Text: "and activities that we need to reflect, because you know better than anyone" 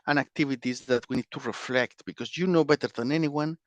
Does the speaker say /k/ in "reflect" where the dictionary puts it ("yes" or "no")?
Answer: yes